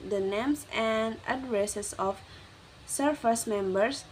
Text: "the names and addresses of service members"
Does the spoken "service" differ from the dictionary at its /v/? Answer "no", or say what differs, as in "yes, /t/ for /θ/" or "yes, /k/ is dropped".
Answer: yes, /f/ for /v/